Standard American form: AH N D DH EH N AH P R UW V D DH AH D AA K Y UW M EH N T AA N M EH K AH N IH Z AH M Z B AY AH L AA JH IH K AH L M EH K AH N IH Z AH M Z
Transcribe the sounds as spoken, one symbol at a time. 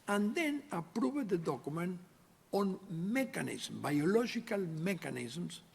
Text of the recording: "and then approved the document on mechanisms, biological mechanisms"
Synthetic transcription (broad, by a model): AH N D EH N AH P R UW B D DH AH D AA K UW M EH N AA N M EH K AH N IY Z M B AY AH L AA ZH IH K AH L M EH K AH N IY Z M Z